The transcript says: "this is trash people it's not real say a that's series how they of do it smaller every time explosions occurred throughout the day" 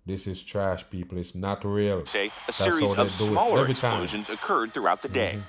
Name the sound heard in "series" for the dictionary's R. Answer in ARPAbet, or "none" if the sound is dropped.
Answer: none